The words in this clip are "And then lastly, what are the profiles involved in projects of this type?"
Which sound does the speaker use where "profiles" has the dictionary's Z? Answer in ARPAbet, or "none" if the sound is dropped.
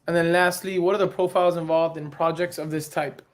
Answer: Z